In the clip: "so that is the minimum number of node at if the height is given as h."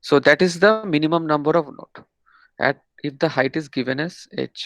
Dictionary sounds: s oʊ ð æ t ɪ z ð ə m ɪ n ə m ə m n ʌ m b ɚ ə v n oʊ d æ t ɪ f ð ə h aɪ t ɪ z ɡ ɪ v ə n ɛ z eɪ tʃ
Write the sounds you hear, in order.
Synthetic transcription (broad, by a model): s oʊ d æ t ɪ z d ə m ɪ n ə m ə m n ʌ m b ɚ ə v n oʊ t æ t ɪ f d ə h aɪ t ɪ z ɡ ɪ v ə n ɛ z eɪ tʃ